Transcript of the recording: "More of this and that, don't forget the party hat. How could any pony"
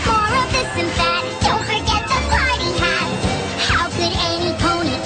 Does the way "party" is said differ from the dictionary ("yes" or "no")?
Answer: yes